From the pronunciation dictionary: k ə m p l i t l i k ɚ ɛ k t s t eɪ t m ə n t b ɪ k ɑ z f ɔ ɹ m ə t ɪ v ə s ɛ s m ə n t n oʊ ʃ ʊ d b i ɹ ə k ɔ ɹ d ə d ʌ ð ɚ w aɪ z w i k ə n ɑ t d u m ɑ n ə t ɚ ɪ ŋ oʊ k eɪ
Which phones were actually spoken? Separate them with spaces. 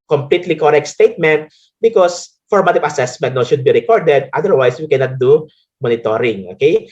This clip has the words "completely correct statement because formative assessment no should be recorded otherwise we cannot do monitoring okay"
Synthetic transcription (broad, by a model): k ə m p l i t l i k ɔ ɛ k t s t eɪ t m ə n t b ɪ k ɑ s f ɔ ɹ m ə t ɪ v ə s ɛ s m ə n t n oʊ ʃ ʊ d b i ɹ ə k ɔ ɹ d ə d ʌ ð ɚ w aɪ s w i k ə n ɑ t d u m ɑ n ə t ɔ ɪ ŋ oʊ k eɪ